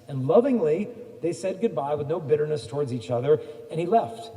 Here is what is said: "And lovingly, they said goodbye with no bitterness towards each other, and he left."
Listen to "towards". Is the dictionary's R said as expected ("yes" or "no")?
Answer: yes